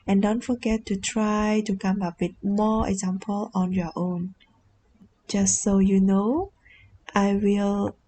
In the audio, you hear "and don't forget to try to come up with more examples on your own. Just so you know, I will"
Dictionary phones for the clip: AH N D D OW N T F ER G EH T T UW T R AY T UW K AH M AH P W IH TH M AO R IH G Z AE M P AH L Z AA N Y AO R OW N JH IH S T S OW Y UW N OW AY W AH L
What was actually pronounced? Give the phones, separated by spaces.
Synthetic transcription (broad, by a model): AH N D D OW N T F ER G EH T T UW T R AY T UW K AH M AH P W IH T M AO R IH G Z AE M P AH L AA N Y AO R OW N JH IH S T S OW Y UW N OW AY W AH L